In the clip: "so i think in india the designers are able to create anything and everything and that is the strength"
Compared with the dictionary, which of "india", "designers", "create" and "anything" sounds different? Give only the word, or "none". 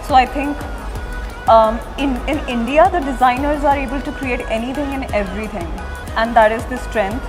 anything